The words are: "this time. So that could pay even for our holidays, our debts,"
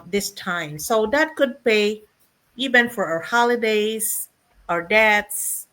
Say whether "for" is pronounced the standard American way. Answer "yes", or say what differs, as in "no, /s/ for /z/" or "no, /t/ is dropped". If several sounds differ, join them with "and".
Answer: yes